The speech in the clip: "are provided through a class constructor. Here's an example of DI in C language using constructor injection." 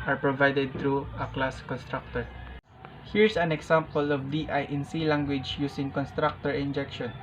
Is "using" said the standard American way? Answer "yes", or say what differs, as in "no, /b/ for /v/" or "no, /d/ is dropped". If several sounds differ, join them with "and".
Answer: no, /s/ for /z/